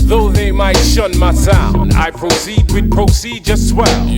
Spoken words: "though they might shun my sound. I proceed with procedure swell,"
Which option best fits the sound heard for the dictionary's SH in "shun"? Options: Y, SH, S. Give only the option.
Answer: SH